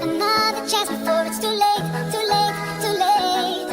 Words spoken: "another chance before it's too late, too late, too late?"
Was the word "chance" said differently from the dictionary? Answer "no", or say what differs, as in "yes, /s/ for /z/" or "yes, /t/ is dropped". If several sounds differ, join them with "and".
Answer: yes, /n/ is dropped